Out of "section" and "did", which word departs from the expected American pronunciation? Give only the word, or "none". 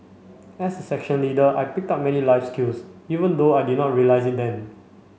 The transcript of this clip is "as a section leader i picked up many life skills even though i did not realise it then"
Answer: none